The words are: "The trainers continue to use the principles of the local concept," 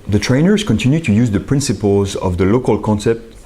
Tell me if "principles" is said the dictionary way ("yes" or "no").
yes